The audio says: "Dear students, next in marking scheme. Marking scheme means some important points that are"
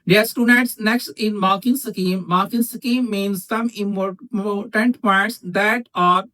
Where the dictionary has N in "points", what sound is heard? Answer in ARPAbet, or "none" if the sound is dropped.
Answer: none